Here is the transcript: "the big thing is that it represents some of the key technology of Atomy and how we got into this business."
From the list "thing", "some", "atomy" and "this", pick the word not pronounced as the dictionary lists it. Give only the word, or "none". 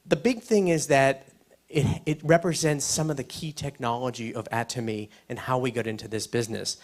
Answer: none